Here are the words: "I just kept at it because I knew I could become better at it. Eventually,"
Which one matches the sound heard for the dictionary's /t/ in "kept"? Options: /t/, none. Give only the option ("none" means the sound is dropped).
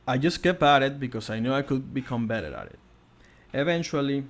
none